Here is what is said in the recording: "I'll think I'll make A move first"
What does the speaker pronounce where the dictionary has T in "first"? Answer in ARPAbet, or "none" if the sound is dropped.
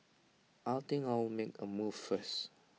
none